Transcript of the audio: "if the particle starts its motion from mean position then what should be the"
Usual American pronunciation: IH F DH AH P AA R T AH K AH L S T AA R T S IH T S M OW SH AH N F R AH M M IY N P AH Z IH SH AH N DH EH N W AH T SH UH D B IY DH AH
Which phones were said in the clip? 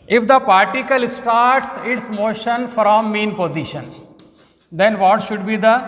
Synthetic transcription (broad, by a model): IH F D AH P AA R T AH K AH L S T AA R T S IH T S M OW SH AH N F R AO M M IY N P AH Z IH SH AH N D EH N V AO T SH UH D B IY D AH